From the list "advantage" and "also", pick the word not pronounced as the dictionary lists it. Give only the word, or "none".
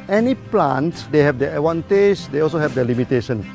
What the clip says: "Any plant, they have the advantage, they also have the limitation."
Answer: advantage